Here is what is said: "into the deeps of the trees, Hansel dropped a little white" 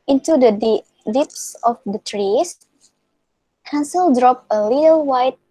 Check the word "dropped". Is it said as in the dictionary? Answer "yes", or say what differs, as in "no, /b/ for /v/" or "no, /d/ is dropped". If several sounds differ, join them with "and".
no, /t/ is dropped